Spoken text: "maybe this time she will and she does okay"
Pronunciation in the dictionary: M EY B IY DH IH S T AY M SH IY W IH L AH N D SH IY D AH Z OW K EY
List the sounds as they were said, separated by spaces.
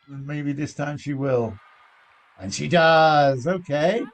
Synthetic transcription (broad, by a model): M EY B IY DH IH S T AY M SH IY W IH L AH N SH IY D AH Z OW K EY